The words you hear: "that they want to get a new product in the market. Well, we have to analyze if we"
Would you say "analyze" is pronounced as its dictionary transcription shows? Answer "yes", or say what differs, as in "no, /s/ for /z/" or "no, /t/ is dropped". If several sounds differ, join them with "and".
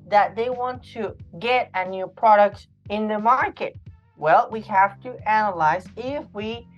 yes